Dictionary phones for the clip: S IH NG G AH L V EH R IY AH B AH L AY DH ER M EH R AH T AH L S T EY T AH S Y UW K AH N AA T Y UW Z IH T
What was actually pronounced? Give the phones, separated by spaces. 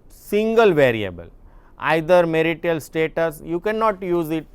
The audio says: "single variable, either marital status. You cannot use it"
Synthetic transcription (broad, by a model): S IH NG G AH L V EH R IY AH B AH L AY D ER M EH R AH T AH L S T EY T AH S Y UW K AH N AA T Y UW Z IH T